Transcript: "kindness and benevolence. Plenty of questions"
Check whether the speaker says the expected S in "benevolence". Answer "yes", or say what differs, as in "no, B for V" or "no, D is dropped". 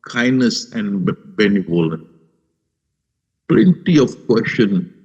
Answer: no, S is dropped